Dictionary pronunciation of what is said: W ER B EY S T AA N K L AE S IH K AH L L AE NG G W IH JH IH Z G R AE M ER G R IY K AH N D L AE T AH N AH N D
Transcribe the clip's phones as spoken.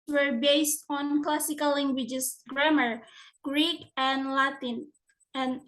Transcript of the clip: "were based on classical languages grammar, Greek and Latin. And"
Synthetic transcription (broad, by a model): W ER B EY S T AA N K L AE S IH K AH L L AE NG G W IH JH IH S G R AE M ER G R IY K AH N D L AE T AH N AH N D